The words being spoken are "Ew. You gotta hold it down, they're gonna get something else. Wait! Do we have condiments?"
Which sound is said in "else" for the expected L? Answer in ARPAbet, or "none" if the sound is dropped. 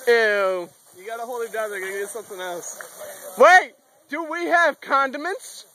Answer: L